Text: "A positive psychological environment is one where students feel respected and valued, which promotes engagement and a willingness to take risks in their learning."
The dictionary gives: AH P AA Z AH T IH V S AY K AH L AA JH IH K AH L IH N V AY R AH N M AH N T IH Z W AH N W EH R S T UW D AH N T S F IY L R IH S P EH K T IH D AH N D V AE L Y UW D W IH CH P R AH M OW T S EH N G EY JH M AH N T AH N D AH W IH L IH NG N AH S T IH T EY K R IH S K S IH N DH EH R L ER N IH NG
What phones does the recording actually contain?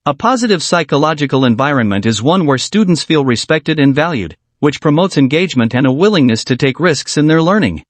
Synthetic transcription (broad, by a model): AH P AA Z AH T IH V S AY K AH L AA JH IH K AH L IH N V AY R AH N M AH N T IH Z W AH N W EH R S T UW D N T S F IY L R IH S P EH K T IH D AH N V AE L Y UW D W IH CH P R AH M OW T S EH N G EY JH M AH N T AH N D AH W IH L IH NG N AH S T IH T EY K R IH S K S IH N DH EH R L ER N IH NG